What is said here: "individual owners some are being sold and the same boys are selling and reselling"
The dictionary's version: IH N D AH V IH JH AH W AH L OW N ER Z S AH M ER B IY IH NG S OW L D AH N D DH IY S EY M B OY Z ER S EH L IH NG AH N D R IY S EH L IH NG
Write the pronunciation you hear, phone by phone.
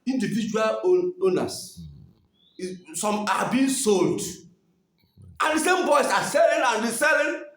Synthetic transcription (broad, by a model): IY N D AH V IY JH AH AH L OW N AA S S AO M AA B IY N S OW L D AH N D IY S EY M B OY S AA S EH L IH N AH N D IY S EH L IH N